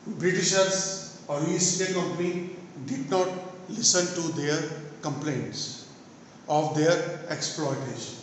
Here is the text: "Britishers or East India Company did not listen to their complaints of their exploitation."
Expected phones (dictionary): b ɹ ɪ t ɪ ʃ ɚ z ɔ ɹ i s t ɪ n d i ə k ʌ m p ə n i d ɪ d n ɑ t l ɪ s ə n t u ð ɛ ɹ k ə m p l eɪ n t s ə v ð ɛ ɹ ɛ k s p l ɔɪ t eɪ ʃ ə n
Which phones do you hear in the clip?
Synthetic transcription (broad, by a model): b ɹ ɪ t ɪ ʃ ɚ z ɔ l i s t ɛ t k ʌ m p ə n i d ɪ d n ɑ t l ɪ s ə n t u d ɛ ɹ k ə m p l eɪ n t s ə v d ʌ ɹ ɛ k s p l ɔɪ t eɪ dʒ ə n